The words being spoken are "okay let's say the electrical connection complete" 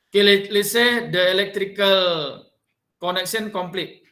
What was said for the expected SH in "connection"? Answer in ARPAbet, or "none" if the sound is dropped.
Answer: S